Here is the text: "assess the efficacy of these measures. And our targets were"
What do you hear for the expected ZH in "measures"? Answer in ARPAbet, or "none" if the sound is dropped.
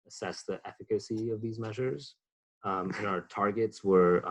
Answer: ZH